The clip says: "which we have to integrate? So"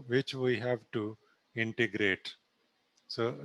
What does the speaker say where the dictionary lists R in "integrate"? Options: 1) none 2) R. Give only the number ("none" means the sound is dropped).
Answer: 2